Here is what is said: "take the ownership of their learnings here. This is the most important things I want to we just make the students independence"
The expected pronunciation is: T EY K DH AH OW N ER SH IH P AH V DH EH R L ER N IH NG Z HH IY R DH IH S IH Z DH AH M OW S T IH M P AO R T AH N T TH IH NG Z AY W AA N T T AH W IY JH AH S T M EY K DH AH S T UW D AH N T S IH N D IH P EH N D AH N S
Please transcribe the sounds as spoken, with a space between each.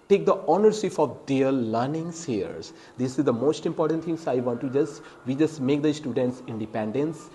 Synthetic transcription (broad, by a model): T EY K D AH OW N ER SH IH F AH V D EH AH L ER N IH NG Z HH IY R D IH S IH Z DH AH M OW S T IH M P AO R T AH N T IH NG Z AY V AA N T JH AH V IY JH AH S T M EY K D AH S T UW D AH N T S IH N D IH P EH N D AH N S